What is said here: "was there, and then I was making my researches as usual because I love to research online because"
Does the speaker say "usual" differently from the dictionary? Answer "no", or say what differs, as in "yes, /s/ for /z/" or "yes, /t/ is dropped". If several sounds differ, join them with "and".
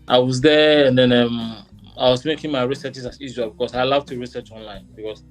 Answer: yes, /z/ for /ʒ/